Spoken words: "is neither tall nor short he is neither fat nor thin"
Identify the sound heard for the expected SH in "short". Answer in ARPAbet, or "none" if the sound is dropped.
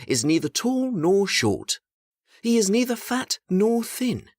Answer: SH